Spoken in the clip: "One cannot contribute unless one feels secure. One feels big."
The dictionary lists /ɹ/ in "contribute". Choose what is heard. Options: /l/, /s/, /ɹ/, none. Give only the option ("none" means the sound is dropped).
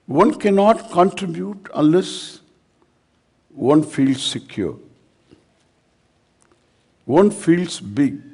/ɹ/